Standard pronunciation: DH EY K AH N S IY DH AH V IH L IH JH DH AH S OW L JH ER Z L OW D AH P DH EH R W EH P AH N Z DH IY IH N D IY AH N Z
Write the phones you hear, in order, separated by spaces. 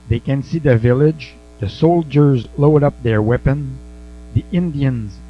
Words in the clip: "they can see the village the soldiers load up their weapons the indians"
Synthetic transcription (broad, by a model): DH EY K AH N S IY DH AH V IH L IH JH DH AH S OW L JH ER Z L OW D AH P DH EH R W EH P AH N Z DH IY IH N D IY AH N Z